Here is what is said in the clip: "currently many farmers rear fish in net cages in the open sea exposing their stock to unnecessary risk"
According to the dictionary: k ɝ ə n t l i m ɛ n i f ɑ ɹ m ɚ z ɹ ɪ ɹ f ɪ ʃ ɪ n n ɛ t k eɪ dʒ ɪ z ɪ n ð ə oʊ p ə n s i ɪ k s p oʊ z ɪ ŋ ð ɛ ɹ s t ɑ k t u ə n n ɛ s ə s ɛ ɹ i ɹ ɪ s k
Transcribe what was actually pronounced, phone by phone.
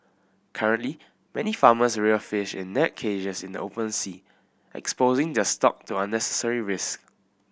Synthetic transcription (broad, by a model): k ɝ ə n t l i m ɛ n i f ɑ m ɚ s ɹ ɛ f ɪ ʃ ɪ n n ɛ t k eɪ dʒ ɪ s ɪ n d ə oʊ p ə n s i ɪ k s p oʊ z ɪ ŋ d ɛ s t ɑ k t u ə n n ɛ s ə s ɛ ɹ i ɹ ɪ s k